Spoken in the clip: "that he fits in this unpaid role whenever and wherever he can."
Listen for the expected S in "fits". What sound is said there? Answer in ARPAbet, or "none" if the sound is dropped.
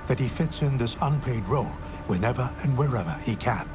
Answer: S